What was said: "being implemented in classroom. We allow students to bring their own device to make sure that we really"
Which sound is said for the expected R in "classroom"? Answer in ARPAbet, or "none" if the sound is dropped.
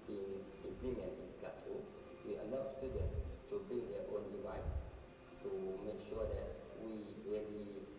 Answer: none